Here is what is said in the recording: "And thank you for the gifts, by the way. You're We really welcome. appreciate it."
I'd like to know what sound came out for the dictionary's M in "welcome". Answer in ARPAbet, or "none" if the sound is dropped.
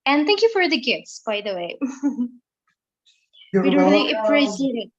none